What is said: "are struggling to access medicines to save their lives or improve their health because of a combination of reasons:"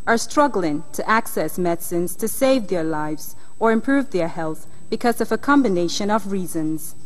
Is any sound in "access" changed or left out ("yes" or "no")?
no